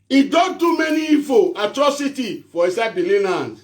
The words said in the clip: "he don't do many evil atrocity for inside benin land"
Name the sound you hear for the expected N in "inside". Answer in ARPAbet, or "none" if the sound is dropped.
none